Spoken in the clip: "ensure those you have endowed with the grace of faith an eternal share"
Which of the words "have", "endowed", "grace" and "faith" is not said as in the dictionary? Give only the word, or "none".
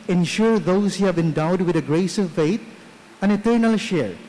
faith